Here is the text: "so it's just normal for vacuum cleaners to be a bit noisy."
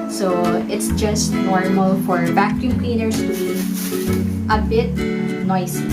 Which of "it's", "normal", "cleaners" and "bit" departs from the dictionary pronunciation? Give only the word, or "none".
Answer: cleaners